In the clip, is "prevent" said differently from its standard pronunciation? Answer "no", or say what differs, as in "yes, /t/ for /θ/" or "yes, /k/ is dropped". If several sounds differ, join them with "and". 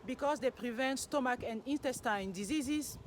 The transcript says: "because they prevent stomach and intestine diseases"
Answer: no